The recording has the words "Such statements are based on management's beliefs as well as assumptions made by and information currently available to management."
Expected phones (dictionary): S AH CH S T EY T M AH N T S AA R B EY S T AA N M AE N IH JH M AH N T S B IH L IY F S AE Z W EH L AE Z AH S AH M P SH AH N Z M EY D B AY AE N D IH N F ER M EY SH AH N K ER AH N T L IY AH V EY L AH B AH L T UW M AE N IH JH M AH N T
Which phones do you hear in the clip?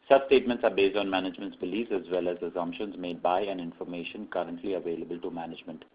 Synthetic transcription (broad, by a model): S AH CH S T EY T M AH N T S AA R B EY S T AA N M AE N IH JH M AH N T S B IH L IY S AE Z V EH L AE Z AH S AH M P SH AH N Z M EY D B AY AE N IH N F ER M EY SH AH N K ER AH N T L IY AH V EY L AH B AH L T UW M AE N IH JH M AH N T